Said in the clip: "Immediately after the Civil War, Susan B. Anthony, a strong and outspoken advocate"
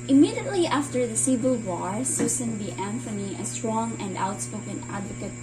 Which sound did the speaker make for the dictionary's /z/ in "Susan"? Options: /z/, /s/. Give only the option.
/s/